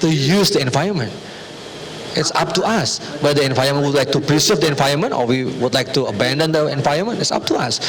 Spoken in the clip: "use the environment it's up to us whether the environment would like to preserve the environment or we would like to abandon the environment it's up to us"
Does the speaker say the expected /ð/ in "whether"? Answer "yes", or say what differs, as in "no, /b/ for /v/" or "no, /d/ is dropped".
no, /ð/ is dropped